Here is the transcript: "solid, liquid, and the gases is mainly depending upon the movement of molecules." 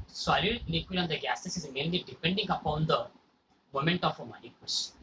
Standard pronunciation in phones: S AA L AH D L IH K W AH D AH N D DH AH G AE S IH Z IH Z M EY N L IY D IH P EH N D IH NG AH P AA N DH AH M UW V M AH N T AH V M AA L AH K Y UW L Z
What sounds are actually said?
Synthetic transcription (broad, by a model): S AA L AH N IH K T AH AH N D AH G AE S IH S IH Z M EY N L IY D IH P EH N D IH NG AH P AA N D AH M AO M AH N T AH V M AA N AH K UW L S